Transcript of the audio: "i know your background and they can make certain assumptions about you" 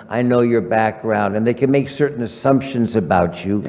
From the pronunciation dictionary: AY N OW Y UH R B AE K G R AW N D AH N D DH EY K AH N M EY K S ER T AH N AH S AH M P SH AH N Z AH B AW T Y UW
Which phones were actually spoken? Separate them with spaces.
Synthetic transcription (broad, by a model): AY N OW Y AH R B AE K G R AW N D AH N DH EY K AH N M EY K S ER T N AH S AH M P SH AH N Z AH B AW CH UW